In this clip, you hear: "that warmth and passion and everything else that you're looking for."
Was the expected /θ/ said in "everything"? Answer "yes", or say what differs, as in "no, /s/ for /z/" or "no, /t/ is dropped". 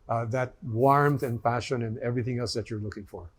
yes